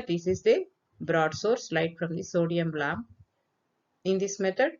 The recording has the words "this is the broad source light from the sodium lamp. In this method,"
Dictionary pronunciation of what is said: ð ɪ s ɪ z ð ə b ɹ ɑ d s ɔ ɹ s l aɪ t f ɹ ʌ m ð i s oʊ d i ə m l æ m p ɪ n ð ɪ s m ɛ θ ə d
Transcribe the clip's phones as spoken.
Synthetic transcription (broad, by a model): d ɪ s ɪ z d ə b ɹ ɑ d s ɔ ɹ s l aɪ t f ɹ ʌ m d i s oʊ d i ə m l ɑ m ɪ n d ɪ s m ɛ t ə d